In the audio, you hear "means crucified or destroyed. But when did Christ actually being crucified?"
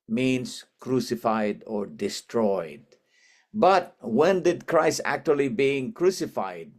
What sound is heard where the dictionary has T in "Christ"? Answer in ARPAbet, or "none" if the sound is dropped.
none